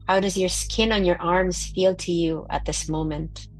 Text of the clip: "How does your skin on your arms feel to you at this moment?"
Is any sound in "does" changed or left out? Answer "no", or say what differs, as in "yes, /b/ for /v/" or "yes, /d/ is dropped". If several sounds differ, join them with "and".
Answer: no